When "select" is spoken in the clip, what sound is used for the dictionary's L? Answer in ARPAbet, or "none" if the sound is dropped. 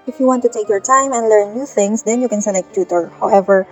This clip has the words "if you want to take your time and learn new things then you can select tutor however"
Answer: N